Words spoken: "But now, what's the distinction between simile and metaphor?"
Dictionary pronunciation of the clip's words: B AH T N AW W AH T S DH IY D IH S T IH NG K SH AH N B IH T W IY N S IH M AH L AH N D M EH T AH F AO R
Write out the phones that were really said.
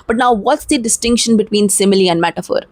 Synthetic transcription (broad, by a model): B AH T N AW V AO T S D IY D IH S T IH NG K SH AH N B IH T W IY N S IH M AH L AH N D M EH T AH F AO R